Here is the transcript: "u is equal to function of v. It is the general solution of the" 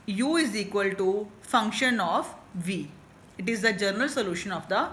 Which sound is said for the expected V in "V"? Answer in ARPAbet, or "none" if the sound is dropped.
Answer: V